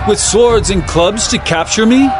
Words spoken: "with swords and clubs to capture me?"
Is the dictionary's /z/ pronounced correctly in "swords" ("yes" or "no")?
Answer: yes